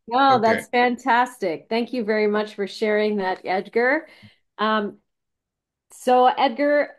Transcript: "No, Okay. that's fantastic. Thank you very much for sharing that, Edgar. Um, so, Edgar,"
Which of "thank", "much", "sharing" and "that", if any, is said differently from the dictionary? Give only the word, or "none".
none